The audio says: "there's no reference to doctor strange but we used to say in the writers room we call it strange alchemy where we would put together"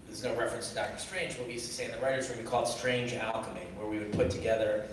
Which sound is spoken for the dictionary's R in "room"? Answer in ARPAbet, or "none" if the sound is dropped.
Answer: W